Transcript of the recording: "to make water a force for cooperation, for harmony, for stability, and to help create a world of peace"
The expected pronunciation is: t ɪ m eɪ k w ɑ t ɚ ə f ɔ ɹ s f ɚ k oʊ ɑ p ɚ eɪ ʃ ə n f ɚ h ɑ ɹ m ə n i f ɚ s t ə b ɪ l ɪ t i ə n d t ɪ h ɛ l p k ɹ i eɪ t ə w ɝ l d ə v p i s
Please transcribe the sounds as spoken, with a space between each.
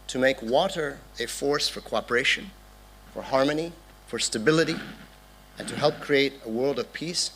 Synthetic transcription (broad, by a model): t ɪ m eɪ k w ɑ t ɚ ə f ɔ ɹ s f ɚ k oʊ ɑ p ɚ eɪ ʃ ə n f ɚ h ɑ ɹ m ə n i f ɚ s t ə b ɪ l ɪ t i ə n t ɪ h ɛ l p k ɹ i eɪ t ə w ɝ l d ə v p i s